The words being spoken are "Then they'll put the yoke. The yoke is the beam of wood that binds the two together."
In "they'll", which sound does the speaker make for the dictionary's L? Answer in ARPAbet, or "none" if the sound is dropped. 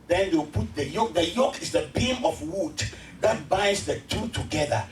W